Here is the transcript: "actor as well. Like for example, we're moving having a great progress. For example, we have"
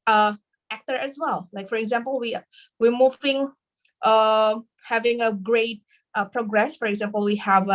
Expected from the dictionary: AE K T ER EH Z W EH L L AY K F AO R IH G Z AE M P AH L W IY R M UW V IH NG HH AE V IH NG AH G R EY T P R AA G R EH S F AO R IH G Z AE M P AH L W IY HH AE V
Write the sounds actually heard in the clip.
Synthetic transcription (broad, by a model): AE K T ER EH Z W EH L L AY K F AO R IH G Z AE M P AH L W IY W M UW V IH NG HH AE V IH NG AH G R EY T P R AA G R EH S F AO R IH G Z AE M P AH L W IY HH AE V